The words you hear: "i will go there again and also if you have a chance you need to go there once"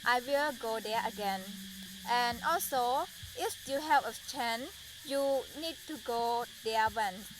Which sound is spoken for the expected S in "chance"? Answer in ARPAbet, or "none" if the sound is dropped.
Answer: none